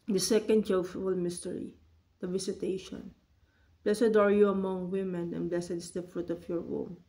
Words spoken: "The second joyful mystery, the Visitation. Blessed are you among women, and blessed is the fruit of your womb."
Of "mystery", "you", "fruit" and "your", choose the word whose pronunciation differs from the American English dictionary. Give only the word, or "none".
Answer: none